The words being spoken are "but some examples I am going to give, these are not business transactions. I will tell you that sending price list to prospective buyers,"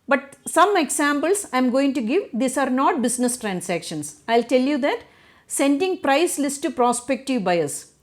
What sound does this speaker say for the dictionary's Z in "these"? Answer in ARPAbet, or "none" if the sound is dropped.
S